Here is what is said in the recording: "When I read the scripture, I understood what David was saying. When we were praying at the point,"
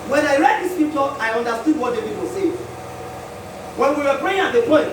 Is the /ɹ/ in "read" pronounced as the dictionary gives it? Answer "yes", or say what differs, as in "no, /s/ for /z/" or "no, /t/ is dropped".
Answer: yes